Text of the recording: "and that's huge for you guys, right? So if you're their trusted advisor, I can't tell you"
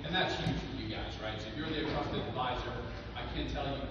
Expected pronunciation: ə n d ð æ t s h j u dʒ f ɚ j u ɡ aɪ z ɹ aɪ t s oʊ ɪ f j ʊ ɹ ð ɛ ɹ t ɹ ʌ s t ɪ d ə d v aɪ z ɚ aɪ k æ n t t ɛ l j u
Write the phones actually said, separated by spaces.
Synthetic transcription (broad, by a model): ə n ð æ t s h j u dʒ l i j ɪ ɡ aɪ z ɹ aɪ t s oʊ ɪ j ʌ ɹ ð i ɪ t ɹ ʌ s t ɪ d ə d v aɪ z ɚ aɪ k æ n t t ɛ l j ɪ